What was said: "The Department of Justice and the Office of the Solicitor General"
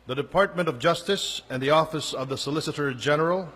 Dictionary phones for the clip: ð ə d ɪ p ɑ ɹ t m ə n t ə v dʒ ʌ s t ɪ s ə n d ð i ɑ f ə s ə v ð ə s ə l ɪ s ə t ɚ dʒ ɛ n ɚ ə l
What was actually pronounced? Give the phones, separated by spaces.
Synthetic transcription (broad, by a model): ð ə d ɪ p ɑ ɹ t m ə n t ə v dʒ ʌ s t ɪ s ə n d ð i ɑ f ə s ə v ð ə s ə l ɪ s ə t ɚ dʒ ɛ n ɚ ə l